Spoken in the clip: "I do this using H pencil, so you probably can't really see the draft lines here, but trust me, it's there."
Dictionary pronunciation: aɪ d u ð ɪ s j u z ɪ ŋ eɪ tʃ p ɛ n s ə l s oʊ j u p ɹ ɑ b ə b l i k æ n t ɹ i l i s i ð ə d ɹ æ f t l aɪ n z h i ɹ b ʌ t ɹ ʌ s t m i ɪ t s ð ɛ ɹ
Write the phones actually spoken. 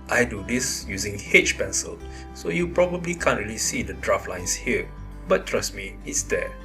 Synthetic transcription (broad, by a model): aɪ d u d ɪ s j u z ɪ ŋ eɪ tʃ p ɛ n s ə l s oʊ j u p ɹ ɑ b ə b l i k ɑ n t ɹ i l i s i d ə d ɹ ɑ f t l aɪ n s h i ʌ b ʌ t ɹ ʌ s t m i ɪ t s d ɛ